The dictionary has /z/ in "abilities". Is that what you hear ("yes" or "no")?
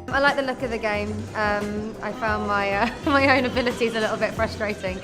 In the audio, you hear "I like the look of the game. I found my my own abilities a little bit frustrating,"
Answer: yes